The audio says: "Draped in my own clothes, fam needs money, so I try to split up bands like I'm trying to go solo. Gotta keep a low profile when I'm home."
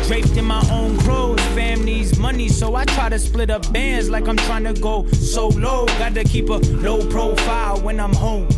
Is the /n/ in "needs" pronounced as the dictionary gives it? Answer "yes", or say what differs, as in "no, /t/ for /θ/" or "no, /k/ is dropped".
no, /l/ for /n/